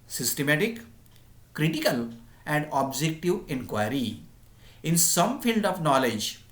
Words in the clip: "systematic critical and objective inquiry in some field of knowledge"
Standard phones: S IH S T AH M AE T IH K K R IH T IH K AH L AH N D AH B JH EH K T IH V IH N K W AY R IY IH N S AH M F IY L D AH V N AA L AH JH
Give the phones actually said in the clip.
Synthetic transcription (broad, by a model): S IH S T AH M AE T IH K K R IH T IH K AH L AH N D AH B JH EH K T IH V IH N K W AY R IY IH N S AH M F IY L D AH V N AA L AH JH